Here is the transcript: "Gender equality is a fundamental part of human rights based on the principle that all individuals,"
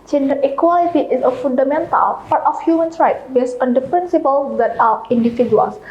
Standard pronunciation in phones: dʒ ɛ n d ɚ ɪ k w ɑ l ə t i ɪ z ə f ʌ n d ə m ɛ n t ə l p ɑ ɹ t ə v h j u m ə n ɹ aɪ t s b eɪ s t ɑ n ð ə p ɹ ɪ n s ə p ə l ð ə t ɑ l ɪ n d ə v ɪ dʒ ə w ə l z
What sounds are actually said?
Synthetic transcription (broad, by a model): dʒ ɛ n d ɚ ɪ k w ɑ l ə t i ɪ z ə f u n d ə m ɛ n t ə l p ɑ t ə f h j u m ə n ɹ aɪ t b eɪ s ɑ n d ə p ɹ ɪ n s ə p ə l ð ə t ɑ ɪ n d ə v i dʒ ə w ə l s